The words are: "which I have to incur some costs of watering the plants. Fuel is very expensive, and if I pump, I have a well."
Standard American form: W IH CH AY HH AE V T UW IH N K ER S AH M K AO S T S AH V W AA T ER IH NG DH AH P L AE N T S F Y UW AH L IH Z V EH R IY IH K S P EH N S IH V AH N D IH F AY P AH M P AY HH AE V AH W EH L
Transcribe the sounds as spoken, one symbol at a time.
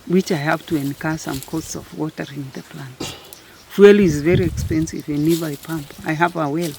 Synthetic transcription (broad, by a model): W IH CH AY HH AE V T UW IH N K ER S AH M K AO T S AH V W AA T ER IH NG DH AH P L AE N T F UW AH L IH Z V EH R IY IH K S P EH N S IH V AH N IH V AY P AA M P AY HH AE V AH W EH L